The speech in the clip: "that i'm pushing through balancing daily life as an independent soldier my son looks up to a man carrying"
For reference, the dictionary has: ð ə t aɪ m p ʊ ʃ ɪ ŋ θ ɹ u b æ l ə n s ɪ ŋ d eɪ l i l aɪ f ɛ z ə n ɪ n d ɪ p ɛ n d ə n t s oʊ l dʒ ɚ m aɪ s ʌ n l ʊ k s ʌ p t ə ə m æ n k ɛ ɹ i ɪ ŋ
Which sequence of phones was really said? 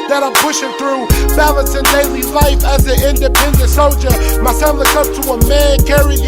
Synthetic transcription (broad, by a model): ð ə t aɪ m p ʊ ʃ ɪ ŋ θ ɹ u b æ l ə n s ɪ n d eɪ l i l aɪ f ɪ z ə ɪ n d ɪ p ɛ n d ə n t s oʊ l dʒ ɚ m aɪ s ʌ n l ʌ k ʌ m t ə ə m æ n k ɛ ɹ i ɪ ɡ